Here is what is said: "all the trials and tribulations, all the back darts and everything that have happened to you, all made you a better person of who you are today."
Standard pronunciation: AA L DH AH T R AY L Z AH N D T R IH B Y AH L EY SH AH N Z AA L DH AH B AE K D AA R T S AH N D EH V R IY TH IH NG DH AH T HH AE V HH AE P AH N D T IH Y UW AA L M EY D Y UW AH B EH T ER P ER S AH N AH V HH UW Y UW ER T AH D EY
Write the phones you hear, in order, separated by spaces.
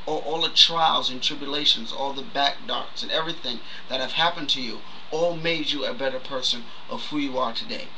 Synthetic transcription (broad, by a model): AA L DH AH T R AY L Z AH N T R IH B Y AH L EY SH AH N Z AA L DH AH B AE K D AA R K S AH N EH V R IY TH IH NG DH AH T HH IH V HH AE P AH N T IH Y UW AA L M EY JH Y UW AH B EH T ER P ER S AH N AH V HH UW Y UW ER T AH D EY